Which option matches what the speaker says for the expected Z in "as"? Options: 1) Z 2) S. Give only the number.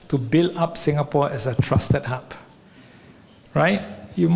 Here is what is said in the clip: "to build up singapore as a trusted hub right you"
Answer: 2